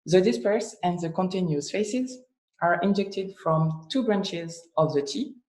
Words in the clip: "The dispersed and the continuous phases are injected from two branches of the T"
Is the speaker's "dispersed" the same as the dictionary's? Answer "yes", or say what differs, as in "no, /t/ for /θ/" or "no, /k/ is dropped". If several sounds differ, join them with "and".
no, /t/ is dropped